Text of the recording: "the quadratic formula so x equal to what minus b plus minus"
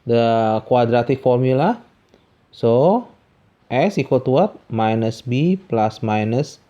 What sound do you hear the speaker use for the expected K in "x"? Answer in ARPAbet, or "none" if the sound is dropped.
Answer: none